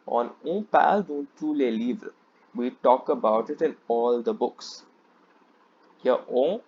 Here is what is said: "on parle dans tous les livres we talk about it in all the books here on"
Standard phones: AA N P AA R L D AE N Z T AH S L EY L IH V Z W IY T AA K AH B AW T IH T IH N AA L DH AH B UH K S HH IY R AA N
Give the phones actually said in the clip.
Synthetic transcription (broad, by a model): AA N P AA L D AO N T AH L EY L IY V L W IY T AA K AH B AW T IH T IH N AA L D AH B UH K S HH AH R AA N